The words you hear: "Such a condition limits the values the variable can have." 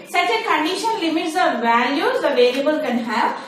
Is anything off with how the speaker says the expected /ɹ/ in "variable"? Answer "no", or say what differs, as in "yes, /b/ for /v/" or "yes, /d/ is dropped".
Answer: yes, /l/ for /ɹ/